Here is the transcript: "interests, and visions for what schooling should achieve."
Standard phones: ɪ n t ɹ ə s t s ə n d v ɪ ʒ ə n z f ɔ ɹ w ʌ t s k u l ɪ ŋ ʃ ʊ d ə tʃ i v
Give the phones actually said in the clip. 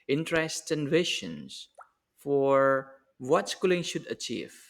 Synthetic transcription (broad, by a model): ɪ n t ɹ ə s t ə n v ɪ ʃ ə n s f ɔ ɹ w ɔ t s k u l ɪ ŋ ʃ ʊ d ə tʃ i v